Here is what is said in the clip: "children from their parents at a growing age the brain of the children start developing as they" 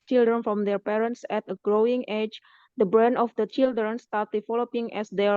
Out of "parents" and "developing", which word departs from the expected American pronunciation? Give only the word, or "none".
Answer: developing